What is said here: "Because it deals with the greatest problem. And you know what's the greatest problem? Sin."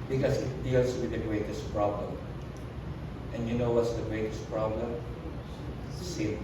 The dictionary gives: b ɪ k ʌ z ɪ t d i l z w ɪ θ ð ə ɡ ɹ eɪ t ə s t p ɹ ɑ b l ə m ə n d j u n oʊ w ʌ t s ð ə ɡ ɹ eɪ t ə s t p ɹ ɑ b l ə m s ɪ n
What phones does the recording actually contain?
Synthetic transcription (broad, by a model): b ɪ k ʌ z ɪ t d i l s w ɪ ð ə ɡ ɹ eɪ t ə s t p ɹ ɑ b l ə m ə n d j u n oʊ w ʌ t s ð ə ɡ ɹ eɪ t ə s t p ɹ ɑ b l ə m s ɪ